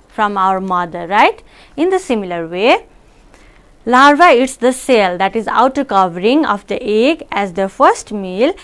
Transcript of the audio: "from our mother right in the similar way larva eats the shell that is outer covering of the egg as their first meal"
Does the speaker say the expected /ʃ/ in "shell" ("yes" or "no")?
no